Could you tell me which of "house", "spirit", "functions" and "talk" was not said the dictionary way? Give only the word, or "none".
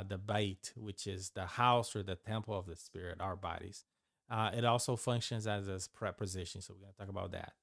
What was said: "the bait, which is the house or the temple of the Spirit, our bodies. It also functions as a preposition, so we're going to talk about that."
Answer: none